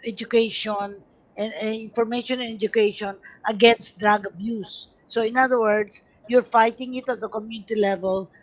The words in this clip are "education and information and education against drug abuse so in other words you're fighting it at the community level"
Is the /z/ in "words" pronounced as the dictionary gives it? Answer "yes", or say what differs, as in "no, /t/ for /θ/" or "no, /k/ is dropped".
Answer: no, /s/ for /z/